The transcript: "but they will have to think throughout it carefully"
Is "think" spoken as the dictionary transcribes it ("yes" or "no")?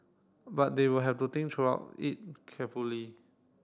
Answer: no